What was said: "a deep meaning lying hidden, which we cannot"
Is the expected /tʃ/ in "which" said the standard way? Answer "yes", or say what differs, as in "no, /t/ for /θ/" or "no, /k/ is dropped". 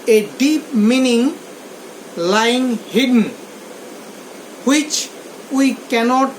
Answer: yes